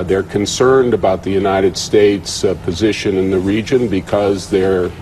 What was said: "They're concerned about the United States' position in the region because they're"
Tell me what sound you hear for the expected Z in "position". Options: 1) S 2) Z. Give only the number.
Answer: 2